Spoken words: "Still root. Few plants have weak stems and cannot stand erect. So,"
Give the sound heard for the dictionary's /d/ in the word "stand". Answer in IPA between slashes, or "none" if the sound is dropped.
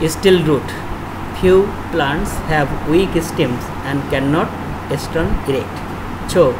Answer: none